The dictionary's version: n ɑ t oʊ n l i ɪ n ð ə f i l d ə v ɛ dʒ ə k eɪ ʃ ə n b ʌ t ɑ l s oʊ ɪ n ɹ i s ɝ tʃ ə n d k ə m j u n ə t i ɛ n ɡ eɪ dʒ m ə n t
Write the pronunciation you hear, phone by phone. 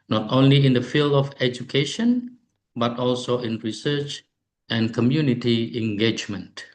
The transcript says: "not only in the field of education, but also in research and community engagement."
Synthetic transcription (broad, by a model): n ɑ t oʊ n l i ɪ n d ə f i l d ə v ɛ dʒ ə k eɪ ʃ ə n b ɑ t ɑ l s oʊ ɪ n ɹ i s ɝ tʃ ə n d k ə m j u n ə t i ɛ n ɡ eɪ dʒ m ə n t